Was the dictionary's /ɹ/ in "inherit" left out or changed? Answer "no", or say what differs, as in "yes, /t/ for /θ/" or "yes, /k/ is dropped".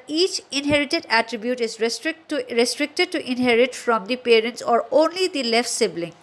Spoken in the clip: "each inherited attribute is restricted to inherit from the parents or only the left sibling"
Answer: no